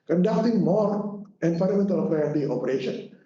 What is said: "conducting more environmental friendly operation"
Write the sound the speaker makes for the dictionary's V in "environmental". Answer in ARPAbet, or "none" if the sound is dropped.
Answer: P